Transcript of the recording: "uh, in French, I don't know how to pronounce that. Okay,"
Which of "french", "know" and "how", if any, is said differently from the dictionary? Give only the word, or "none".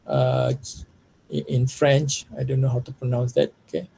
none